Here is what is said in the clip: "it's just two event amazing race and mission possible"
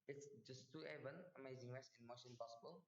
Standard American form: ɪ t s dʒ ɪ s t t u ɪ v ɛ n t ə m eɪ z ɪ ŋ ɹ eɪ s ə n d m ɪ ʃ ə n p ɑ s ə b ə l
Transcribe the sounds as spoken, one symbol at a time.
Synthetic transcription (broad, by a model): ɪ t s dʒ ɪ s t t u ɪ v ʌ n ə m eɪ z ɪ ŋ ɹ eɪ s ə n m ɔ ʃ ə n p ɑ s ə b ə l